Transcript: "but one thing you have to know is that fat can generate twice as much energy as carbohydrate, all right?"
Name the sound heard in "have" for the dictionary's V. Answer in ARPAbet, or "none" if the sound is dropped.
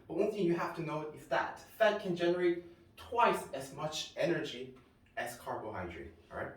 F